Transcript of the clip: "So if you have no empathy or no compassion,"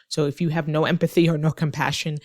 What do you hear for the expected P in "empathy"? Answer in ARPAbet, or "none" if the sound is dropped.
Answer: P